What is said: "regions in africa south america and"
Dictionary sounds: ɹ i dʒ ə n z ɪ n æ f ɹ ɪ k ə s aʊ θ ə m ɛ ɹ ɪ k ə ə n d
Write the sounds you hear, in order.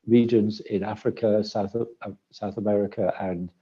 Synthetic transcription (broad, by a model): ɹ i dʒ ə n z ɪ n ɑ f ɹ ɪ k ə s aʊ θ ə m ɛ ɹ ɪ k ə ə n